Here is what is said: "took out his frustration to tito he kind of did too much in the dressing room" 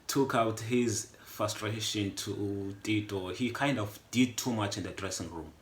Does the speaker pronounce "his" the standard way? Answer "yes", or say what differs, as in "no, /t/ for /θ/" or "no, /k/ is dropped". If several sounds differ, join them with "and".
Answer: yes